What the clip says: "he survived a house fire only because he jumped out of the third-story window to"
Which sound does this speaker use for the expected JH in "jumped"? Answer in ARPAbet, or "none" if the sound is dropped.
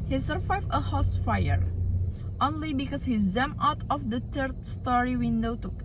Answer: Z